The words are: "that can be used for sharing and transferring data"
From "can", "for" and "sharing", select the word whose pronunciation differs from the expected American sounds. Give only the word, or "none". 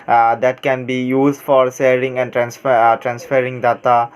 sharing